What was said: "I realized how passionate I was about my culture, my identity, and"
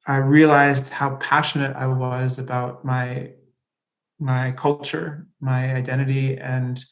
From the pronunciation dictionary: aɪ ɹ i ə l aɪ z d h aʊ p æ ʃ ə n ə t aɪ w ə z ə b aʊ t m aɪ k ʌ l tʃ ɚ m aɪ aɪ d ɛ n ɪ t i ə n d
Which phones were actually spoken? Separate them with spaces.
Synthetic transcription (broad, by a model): aɪ ɹ i ə l aɪ z d h aʊ p æ ʃ ə n ə t aɪ w ə z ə b aʊ t m aɪ k ʌ l tʃ ɚ m aɪ aɪ d ɛ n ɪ t i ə n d